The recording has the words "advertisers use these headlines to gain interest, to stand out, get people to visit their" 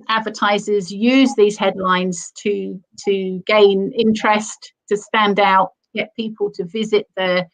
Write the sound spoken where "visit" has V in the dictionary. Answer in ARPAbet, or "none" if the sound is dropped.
V